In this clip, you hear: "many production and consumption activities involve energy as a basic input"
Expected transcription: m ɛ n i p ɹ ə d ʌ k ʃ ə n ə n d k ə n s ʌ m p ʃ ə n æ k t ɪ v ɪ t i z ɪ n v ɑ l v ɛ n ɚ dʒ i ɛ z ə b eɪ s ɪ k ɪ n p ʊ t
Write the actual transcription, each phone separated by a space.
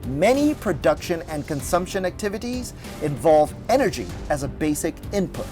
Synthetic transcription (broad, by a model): m ɛ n i p ɹ ə d ʌ k ʃ ə n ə n k ə n s ʌ m p ʃ ə n æ k t ɪ v ɪ t i z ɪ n v ɑ l v ɛ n ɚ dʒ i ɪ z ə b eɪ s ɪ k ɪ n p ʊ t